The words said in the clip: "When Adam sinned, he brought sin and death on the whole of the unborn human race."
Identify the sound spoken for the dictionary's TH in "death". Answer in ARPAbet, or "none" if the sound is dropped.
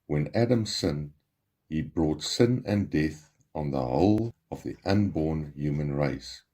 TH